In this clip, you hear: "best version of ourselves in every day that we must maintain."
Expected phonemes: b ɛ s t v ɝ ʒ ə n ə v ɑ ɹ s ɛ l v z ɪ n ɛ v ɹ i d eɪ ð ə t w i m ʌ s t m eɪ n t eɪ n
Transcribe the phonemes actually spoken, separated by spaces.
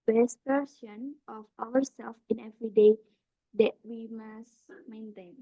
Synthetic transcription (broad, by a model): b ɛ s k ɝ s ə n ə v ɑ w s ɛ l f ɪ n ɛ v ɹ i d eɪ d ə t w i m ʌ s m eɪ n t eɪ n